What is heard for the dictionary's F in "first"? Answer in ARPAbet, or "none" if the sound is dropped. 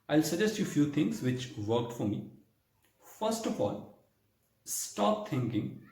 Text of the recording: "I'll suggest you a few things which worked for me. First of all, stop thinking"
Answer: F